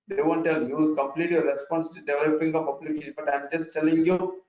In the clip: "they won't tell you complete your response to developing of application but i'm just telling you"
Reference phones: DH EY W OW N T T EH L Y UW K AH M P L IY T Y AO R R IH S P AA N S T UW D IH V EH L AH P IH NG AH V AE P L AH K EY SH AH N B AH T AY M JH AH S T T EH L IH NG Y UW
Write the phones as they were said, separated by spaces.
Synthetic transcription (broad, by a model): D EY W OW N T T EH L Y UW K AH M P L IY T Y AO R R IH S P AA N S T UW D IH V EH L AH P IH NG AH P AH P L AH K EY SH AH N B AH T AY M JH AH S T T EH L IH NG Y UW